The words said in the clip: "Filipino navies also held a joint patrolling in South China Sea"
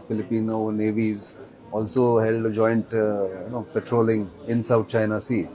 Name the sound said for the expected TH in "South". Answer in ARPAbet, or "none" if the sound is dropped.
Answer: T